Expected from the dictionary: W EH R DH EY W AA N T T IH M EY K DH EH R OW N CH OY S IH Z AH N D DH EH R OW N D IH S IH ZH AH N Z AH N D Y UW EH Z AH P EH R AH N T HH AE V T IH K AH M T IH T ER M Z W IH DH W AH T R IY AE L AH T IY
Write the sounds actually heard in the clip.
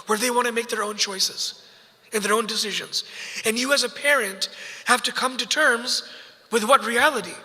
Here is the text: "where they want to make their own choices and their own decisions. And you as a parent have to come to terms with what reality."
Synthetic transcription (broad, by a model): W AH R DH EY W AA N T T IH M EY K DH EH R OW N CH OY S IH Z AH N DH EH R OW N D IH S IH ZH AH N Z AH N Y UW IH Z AH P EH R AH N T HH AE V T IH K AH M T IH T ER M Z W IH DH W AH T R IY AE L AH T IY